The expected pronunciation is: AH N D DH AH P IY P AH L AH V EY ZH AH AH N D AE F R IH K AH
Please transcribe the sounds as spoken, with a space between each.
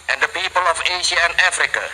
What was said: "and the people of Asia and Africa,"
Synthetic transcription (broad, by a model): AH N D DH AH P IY P AH L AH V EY SH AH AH N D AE F R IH K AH